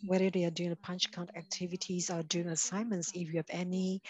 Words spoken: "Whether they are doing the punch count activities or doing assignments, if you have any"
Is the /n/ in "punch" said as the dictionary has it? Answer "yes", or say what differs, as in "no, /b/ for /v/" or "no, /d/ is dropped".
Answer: yes